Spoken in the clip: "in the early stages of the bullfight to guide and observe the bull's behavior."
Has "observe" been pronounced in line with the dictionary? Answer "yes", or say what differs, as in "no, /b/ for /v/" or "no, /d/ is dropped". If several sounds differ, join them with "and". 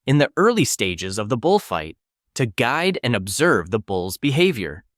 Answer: yes